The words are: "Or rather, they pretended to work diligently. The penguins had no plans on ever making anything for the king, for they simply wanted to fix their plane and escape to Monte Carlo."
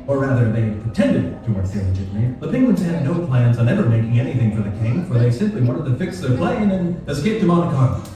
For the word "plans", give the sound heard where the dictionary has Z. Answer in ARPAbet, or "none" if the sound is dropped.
Z